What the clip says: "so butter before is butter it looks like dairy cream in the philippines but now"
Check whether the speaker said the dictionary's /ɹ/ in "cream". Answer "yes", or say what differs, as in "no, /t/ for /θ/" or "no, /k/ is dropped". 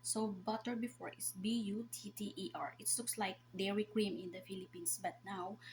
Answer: yes